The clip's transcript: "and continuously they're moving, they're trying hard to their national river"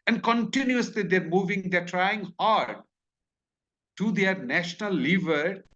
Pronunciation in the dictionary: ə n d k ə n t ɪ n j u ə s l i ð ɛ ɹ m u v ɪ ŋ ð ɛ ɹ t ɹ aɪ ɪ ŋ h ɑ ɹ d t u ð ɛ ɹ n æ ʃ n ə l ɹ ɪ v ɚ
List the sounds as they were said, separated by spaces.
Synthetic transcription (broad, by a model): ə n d k ə n t ɪ n j u ə s l i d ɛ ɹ m u v ɪ ŋ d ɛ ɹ t ɹ aɪ ɪ ŋ h ɑ ɹ d t u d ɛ ɹ n æ ʃ n ə l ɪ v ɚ